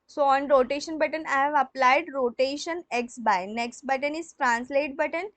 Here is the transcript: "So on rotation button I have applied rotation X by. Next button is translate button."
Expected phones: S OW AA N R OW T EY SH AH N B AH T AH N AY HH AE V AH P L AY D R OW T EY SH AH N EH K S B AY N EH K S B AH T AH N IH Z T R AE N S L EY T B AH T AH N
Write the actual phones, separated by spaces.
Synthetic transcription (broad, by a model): S OW AA N R OW T EY SH AH N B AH T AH N AY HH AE V AH P L AY D R OW T EY SH AH N EH K S B AY N EH K S B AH T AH N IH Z T R AE N S L EY T B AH T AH N